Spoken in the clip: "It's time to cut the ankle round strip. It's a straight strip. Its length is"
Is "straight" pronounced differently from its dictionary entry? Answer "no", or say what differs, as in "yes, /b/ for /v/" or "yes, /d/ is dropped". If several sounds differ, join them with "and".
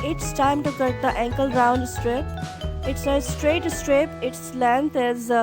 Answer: no